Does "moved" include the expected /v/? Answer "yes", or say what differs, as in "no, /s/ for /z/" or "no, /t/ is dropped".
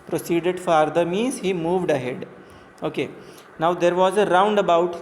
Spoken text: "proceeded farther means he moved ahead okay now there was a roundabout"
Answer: yes